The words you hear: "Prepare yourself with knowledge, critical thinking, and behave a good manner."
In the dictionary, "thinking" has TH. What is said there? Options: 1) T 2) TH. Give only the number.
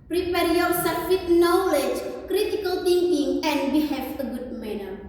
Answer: 1